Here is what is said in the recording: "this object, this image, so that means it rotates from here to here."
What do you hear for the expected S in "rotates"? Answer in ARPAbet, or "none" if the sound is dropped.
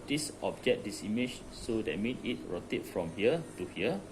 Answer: none